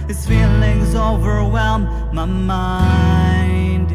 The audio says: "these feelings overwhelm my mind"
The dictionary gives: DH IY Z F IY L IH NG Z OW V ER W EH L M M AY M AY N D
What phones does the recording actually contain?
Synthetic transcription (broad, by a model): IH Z F IY L IH NG Z OW V ER W EH L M M AY M AY N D